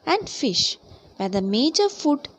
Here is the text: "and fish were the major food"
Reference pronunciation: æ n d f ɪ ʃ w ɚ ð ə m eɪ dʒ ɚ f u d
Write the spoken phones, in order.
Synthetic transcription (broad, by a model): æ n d f ɪ ʃ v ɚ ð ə m eɪ dʒ ɚ f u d